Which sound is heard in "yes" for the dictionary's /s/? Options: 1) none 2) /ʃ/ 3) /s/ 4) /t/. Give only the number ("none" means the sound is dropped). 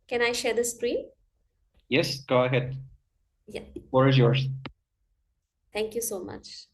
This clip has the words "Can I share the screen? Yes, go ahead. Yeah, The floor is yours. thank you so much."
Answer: 3